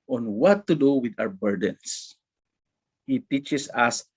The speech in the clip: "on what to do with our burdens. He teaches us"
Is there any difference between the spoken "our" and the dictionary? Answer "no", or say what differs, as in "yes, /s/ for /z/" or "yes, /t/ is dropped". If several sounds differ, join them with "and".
yes, /w/ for /ɹ/